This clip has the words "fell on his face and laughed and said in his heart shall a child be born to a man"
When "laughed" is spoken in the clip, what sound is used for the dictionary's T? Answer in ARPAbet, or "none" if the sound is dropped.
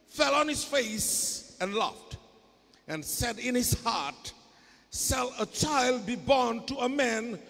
T